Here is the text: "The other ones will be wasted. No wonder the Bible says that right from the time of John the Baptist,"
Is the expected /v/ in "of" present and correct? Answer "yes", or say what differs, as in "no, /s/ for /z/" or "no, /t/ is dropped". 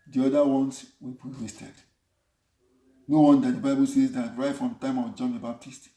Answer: no, /w/ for /v/